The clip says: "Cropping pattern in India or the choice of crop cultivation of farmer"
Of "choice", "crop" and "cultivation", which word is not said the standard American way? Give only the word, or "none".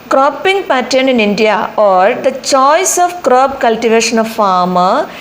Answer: crop